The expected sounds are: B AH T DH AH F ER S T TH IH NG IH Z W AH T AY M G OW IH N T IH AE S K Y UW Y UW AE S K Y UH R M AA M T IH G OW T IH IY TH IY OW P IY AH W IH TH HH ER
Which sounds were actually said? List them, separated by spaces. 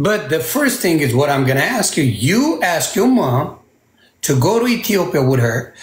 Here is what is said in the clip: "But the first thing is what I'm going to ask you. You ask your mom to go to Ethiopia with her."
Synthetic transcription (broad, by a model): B AH T DH AH F ER S T TH IH NG IH Z W AH T AY M G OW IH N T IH AE S K Y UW Y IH AE S K Y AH R M AA M T IH G OW T IH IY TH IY OW P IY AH W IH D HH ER